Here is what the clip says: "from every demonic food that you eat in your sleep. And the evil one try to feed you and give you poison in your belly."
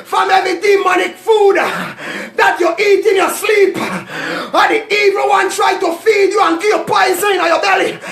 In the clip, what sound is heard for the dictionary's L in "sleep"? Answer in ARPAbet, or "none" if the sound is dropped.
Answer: L